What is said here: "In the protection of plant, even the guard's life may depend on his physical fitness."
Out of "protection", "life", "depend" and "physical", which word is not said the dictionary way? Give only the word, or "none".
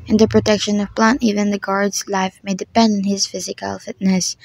none